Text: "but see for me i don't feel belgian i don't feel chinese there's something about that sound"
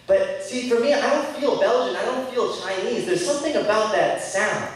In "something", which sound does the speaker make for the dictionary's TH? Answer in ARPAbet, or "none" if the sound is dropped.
TH